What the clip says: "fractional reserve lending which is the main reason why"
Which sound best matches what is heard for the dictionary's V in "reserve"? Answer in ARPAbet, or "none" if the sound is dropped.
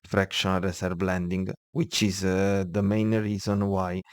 B